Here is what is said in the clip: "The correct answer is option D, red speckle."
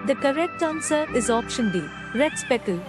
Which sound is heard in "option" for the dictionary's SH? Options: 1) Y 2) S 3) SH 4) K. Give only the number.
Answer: 3